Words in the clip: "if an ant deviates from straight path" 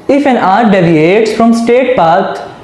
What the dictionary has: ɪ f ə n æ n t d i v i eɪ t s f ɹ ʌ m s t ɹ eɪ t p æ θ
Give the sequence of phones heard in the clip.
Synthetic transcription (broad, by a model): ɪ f ə n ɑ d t d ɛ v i eɪ t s f ɹ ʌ m s t eɪ t p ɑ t